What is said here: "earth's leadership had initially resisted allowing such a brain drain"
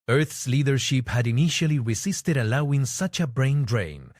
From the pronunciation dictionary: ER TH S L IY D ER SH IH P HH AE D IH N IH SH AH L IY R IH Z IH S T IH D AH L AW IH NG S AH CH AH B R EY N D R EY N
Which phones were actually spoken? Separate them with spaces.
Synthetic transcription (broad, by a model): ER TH S L IY D ER SH IH P HH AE D IH N IH SH AH L IY R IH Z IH S T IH D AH L AW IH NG S AH CH AH B R EY N D R EY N